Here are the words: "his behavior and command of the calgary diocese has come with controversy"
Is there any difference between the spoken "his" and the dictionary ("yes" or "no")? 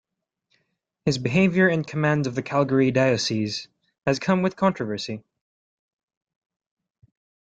no